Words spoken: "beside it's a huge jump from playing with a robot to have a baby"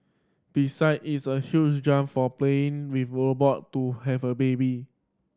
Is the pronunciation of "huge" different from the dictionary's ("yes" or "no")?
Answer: yes